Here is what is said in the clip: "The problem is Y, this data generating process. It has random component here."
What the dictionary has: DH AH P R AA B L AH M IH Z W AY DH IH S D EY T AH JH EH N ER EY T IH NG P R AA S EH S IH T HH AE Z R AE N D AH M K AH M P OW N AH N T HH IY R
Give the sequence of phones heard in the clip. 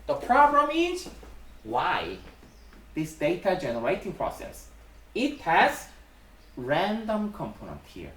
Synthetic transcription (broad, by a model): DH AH P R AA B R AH M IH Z W AY DH IH S D EY T AH JH EH N ER EY T IH NG P R AA S EH S IH T HH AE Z R AE N D AH M K AH M P OW N AH N T HH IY R